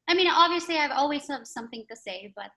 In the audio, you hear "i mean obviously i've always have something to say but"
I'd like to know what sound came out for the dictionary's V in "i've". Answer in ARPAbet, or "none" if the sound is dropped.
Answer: V